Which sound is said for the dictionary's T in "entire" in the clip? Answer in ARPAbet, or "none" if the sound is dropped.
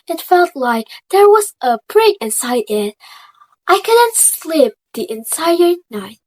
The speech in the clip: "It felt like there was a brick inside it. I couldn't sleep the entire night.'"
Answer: S